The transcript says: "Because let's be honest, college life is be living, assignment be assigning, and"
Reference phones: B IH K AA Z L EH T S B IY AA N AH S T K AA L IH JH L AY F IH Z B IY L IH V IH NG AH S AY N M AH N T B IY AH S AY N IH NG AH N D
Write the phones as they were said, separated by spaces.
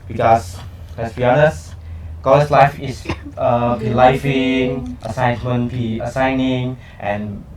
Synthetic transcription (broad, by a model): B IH K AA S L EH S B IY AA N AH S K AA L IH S L AY F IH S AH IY L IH F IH NG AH S AY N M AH N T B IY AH S AY N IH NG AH N